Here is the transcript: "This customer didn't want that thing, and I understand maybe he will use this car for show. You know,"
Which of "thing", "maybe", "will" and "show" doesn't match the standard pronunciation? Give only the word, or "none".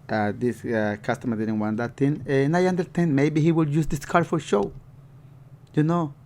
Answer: thing